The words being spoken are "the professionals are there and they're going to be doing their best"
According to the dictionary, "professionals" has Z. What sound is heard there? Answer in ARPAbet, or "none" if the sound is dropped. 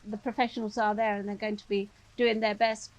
Z